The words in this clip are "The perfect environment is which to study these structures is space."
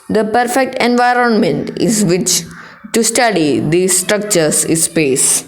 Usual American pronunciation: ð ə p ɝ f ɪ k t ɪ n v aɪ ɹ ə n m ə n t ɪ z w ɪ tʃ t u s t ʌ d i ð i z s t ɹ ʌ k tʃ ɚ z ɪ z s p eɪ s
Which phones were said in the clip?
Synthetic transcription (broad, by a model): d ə p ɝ f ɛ k t ɪ n v aɪ ɹ ə n m ə n t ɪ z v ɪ tʃ t u s t ʌ d i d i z s t ɹ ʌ k tʃ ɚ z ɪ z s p eɪ s